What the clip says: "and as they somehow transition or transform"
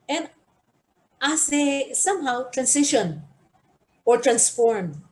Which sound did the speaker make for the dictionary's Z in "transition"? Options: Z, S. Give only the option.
S